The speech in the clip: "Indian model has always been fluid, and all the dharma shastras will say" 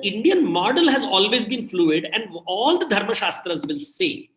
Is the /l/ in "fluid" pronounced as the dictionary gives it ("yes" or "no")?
yes